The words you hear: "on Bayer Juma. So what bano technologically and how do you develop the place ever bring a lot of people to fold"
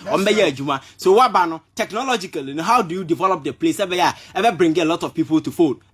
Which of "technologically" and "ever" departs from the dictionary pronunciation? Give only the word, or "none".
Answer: ever